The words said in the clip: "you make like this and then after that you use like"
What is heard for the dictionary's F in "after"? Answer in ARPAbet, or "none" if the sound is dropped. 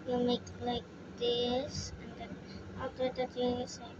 none